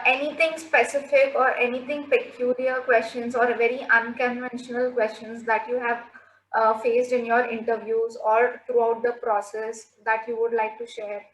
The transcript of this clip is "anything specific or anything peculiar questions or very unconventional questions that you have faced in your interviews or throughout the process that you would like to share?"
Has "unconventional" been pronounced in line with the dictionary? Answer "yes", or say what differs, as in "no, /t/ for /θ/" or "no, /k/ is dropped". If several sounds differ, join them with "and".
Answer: yes